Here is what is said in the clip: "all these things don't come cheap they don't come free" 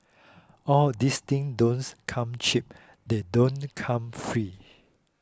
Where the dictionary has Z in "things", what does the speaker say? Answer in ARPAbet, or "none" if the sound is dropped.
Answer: none